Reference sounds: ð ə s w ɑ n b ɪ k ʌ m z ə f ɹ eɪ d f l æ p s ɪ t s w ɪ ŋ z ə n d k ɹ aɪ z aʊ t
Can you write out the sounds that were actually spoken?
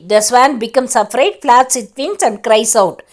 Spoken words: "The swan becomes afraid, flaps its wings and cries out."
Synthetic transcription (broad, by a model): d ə s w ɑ n b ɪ k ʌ m s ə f ɹ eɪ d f l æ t s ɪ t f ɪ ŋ s ə n d k ɹ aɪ s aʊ t